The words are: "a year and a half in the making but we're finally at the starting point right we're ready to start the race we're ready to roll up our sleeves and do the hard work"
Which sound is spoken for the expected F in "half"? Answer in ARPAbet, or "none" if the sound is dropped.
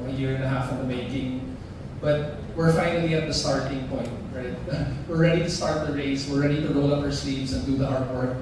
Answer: F